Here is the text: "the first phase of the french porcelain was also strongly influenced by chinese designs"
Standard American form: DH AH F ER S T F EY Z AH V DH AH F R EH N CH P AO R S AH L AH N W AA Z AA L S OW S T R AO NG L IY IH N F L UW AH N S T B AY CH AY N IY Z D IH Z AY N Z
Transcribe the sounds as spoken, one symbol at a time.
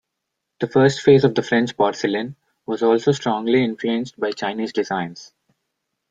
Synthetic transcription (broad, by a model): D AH F ER S T F EY Z AH V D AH F R EH N CH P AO R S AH L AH N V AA Z AA L S OW S T R AO NG L IY IH N F L UW AH N S T B AY CH AY N IY Z D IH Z AY N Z